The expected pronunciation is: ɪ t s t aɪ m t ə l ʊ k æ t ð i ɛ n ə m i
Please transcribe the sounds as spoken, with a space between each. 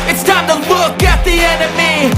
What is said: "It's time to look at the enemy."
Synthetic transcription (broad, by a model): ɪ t s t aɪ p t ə w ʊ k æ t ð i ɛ n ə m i